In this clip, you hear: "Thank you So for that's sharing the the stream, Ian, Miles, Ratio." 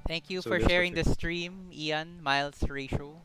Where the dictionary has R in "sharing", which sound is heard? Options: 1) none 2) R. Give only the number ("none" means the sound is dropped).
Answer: 2